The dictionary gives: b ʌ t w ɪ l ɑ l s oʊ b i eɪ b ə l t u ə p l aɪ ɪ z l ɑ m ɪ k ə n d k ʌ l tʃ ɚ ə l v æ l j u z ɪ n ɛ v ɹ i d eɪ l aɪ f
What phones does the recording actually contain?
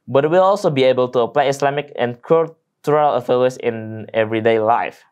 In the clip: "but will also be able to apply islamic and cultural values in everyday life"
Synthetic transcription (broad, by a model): b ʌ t w ɪ l ɑ l s oʊ b i eɪ b ə l t u ə p l aɪ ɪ s l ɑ m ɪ k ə n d k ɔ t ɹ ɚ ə l f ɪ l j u s ɪ n ɛ v ɹ i d eɪ l aɪ f